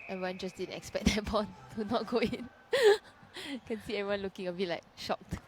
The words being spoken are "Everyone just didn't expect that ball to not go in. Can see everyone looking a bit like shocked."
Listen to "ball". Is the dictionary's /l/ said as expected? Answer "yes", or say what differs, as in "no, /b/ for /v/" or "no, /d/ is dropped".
no, /n/ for /l/